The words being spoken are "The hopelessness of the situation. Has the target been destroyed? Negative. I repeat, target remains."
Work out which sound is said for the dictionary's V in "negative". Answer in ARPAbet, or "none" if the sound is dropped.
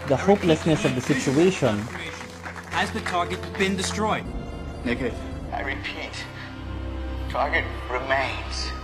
none